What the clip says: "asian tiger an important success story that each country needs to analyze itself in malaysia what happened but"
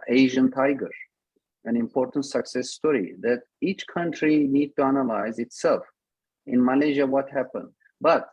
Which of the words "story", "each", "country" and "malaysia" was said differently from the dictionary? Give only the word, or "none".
none